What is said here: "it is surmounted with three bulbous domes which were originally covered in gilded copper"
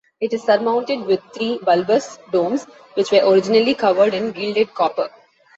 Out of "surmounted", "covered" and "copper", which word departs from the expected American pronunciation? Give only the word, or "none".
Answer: none